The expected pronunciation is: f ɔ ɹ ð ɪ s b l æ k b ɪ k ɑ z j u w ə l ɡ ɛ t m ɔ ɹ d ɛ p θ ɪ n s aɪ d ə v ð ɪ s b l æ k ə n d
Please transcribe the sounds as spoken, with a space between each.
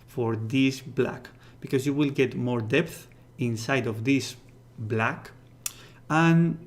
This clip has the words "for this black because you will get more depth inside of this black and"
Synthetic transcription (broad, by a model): f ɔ ɹ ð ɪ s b l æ k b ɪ k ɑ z j u w ə l ɡ ɛ t m ɔ ɹ d ɛ p θ ɪ n s aɪ d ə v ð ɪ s b l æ k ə n